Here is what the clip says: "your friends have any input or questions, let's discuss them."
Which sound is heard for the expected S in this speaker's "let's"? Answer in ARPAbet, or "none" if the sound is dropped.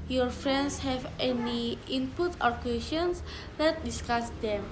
none